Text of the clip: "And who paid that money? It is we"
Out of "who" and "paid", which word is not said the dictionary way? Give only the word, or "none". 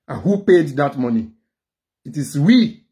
none